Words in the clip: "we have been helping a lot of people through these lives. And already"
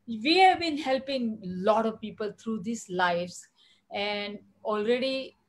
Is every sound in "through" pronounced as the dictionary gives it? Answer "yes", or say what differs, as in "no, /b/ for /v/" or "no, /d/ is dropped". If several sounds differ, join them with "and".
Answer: no, /t/ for /θ/